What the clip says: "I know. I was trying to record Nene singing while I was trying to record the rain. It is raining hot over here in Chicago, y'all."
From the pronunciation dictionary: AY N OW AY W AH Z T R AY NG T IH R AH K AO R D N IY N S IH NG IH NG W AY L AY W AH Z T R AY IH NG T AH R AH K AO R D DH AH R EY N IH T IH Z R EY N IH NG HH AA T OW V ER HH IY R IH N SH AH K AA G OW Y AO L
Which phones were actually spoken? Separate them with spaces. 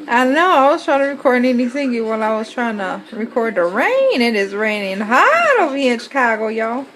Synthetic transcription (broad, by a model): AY N OW AY W AH Z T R AY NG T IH R AH K AO R D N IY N TH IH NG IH W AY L AY W AH Z T R AY IH NG T AH R AH K AO R D DH AH R EY N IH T IH Z R EY N IH NG HH AA T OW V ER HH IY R IH N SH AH K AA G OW Y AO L